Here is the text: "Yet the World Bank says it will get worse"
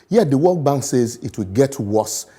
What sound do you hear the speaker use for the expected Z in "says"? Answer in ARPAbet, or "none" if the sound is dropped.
Z